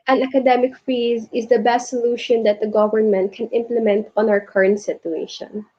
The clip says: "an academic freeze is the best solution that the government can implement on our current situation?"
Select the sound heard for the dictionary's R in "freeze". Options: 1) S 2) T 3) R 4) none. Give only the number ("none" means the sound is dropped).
4